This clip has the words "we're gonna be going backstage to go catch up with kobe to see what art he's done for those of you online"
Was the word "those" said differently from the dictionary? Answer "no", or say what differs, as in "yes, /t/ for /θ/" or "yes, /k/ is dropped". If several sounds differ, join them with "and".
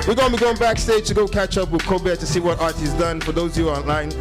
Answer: yes, /z/ is dropped